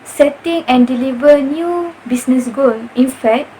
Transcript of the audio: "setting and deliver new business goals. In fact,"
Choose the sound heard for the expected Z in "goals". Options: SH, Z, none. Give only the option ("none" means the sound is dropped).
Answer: none